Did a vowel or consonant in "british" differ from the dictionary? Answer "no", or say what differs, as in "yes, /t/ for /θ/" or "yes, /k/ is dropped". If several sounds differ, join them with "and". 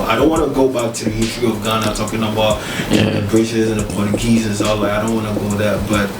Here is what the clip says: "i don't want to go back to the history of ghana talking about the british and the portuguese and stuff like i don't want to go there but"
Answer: yes, /s/ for /t/